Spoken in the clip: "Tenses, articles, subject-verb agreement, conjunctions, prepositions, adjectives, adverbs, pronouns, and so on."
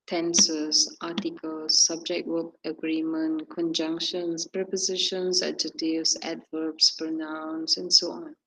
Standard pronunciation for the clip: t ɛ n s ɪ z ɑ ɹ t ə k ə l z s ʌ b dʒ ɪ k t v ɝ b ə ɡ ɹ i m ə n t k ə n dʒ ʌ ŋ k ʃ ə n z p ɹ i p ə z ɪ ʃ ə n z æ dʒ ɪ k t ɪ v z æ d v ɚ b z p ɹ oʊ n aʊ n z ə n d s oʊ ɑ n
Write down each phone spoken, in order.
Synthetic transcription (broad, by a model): t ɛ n s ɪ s ɑ t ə k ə l s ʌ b dʒ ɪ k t w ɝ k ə ɡ ɹ i m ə n k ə n dʒ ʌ ŋ k ʃ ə n s p ɹ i p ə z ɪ ʃ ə n s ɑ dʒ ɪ t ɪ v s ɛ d v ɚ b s p ɹ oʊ n aʊ n s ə n s oʊ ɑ n